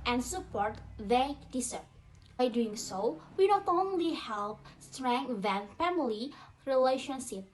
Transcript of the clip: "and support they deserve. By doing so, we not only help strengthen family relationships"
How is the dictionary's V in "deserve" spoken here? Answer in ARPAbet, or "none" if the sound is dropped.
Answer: P